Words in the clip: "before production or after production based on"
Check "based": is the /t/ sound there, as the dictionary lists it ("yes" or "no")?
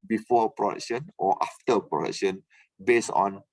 no